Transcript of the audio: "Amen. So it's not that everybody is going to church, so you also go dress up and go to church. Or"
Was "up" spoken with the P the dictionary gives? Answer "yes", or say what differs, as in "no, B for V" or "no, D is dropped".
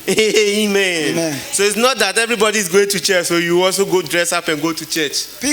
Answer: yes